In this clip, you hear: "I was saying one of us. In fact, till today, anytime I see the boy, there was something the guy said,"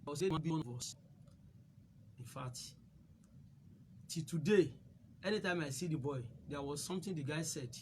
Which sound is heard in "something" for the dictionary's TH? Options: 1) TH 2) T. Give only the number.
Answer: 2